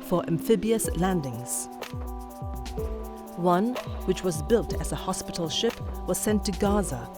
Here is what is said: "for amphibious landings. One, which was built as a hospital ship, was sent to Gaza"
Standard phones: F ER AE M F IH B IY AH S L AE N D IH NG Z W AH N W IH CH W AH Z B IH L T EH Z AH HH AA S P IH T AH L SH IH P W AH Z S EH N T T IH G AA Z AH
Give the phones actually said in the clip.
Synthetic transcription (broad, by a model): F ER AE M F IH B IY AH S L AE N D IH NG Z W AH N W IH CH W AH Z B IH L T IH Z AH HH AA S P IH T L SH IH P W AH Z S EH N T T IH G AA Z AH